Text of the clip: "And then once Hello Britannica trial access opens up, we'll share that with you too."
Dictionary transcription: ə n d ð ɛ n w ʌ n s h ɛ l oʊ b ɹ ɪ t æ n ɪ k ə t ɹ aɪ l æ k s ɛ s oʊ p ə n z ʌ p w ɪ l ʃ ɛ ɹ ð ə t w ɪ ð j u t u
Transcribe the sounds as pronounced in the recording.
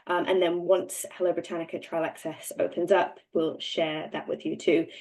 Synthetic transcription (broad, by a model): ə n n ð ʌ n w ʌ n s h ɛ l oʊ b ɹ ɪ t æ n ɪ k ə t ɹ aɪ l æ k s ɛ s oʊ p ə n z ʌ p w ɪ l ʃ ɛ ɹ ð ə t w ɪ ð j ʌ t u